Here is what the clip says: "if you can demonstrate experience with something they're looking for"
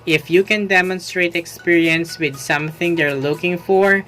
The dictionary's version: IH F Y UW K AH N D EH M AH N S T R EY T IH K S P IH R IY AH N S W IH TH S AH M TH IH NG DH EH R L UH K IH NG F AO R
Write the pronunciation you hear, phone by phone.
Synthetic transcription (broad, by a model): IH F Y UW K AH N D EH M AH N S T R EY T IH K S P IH R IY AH N S W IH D S AH M TH IH NG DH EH R L UH K IH NG F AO R